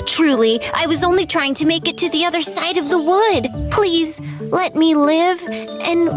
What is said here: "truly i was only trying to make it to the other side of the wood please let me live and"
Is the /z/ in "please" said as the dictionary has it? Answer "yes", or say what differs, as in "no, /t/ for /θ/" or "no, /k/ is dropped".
yes